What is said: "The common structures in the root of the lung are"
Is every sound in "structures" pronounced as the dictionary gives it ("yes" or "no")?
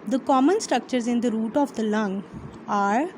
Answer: yes